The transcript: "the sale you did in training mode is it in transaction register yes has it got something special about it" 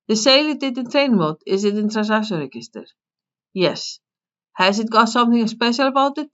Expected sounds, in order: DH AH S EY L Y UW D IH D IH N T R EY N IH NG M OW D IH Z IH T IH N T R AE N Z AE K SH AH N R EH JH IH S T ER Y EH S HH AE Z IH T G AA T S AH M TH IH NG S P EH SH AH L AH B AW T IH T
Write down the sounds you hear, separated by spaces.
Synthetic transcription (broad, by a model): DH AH S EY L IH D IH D IH N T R EY IH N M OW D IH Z IH T IH N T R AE N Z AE K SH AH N R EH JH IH S T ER Y EH S HH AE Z IH T G AA T S AH M TH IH NG S P EH SH AH L AH B AW T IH T